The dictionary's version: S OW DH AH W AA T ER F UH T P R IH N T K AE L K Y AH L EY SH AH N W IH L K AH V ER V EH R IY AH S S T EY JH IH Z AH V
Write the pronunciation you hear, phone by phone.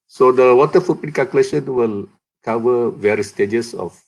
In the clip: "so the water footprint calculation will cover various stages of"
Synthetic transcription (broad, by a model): S OW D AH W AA T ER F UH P IH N K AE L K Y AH L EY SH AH N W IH L K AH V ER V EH R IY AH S S T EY JH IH S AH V